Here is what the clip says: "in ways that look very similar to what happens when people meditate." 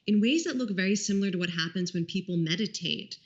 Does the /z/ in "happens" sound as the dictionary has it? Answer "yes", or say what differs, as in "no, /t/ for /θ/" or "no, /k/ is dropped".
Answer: yes